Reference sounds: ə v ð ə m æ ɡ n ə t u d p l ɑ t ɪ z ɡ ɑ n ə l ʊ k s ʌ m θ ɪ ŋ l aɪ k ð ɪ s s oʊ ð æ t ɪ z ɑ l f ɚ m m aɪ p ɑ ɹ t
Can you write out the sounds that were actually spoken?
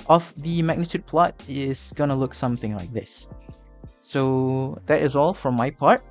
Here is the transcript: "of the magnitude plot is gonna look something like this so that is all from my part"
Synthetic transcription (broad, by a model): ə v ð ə m æ ɡ n ə t u d p l ɑ t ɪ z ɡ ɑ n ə l ʊ k s ʌ m θ ɪ ŋ l aɪ k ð ɪ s s oʊ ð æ t ɪ z ɑ l f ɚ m m aɪ p ɑ ɹ t